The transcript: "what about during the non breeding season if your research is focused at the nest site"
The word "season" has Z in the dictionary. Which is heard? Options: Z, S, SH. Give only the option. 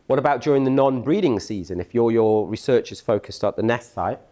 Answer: Z